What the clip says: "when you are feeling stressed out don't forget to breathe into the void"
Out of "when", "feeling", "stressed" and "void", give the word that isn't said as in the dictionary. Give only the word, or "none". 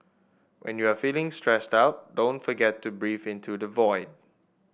none